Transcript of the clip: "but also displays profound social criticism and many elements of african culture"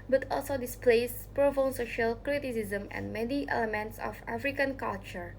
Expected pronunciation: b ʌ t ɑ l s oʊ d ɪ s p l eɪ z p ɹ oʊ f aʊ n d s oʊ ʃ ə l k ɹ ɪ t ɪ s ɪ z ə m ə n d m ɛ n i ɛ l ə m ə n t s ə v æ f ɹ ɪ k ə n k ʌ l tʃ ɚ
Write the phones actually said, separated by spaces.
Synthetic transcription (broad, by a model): b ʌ t ɑ l s oʊ d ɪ s p l eɪ s p ɹ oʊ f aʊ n s oʊ ʃ ə l k ɹ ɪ t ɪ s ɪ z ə m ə n m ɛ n i ɛ l ə m ə n t s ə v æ f ɹ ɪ k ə n k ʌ l tʃ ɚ